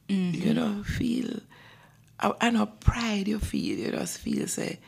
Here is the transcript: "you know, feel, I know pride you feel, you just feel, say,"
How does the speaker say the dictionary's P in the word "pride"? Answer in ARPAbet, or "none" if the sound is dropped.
P